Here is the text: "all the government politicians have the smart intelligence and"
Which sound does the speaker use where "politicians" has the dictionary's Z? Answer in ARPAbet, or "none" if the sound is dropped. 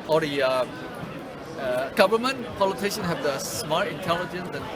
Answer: none